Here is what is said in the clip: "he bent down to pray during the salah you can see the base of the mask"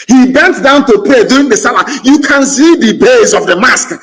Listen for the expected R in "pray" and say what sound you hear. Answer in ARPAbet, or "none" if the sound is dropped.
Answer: none